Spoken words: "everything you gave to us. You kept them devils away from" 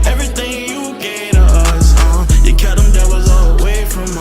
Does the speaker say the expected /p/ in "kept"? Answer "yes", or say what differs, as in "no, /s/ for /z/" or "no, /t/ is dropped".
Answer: no, /p/ is dropped